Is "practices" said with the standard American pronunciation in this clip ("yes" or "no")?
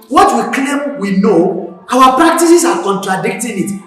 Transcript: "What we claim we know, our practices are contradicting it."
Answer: no